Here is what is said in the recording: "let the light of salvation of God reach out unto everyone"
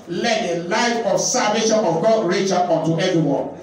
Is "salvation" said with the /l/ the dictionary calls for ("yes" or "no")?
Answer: no